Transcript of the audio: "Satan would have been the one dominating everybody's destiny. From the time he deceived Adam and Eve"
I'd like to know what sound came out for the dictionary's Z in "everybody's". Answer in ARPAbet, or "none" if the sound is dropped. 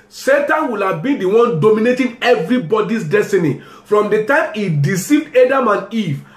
S